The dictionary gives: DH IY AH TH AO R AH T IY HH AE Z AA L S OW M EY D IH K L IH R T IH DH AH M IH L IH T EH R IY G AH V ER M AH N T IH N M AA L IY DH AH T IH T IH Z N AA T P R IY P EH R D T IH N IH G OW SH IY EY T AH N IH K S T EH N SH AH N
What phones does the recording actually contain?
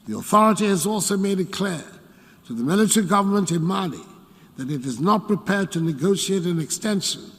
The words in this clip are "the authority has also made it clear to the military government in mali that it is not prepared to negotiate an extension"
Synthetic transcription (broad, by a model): DH IY AH TH AO R AH T IY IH Z AA L S OW M EY D IH K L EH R T IH DH AH M IH L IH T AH R IY G AH V ER M AH N T IH N M AA L IY DH AH T IH T IH Z N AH T P R IY P EH R D T IH N IH G OW SH IY EY T AH N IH K S T EH N SH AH N